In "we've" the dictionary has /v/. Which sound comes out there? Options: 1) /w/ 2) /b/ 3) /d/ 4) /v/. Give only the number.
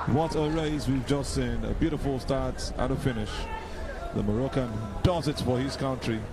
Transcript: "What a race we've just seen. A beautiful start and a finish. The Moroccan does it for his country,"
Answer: 4